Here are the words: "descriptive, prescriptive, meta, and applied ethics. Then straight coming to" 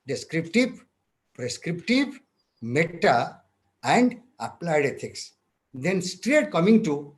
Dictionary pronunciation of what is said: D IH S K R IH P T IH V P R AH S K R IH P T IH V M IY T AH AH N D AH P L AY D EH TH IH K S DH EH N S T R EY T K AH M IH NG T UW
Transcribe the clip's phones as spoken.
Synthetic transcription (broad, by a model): D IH S K R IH P T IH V P R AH S K R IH P T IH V M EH T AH AH N D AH P L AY D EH T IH K S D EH N S T R EY T K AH M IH NG T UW